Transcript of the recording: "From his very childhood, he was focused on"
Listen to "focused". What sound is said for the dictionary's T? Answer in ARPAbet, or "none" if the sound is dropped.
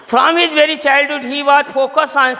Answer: none